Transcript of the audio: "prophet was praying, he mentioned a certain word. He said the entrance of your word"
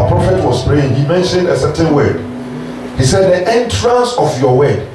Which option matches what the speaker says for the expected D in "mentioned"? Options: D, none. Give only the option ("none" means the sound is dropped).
D